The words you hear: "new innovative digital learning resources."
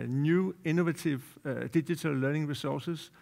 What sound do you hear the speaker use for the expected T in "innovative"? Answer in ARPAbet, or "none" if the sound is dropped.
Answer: S